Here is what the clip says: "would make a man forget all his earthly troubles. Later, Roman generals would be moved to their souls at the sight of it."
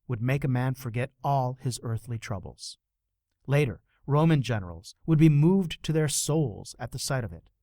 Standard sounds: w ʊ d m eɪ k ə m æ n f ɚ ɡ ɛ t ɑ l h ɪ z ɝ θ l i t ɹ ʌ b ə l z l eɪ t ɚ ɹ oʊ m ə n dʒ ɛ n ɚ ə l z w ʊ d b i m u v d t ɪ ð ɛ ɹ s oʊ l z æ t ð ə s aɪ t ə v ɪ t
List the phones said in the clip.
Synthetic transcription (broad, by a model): w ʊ d m eɪ k ə m æ n f ɚ ɡ ɛ t ɑ l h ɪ z ɝ θ l i t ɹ ʌ b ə l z l eɪ t ɚ ɹ oʊ m ə n dʒ ɛ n ɚ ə l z w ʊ d b i m u v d t ɪ ð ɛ ɹ s oʊ l z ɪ t ð ə s aɪ t ə v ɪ t